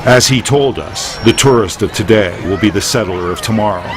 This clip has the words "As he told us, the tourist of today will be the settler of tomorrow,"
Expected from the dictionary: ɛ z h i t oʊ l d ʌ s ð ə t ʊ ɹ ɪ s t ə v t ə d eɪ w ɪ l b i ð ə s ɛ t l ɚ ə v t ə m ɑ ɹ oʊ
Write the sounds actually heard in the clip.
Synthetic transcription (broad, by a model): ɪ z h i t oʊ l d ʌ s ð ə t ʊ ɹ ɪ s t ə v t ə d eɪ w ɪ l b i ð ə s ɛ t l ɚ ə v t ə m ɑ ɹ oʊ